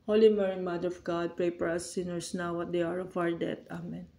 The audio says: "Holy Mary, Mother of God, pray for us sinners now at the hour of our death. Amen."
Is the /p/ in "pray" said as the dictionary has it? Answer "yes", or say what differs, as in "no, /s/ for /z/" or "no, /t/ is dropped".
yes